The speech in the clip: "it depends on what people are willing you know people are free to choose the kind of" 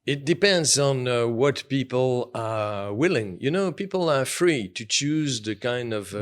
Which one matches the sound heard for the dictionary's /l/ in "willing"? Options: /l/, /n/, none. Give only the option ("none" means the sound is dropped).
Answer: /l/